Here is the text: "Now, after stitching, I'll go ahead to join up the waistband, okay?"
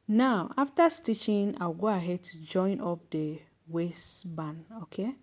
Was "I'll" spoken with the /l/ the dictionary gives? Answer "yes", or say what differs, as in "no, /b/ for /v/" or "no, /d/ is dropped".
no, /w/ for /l/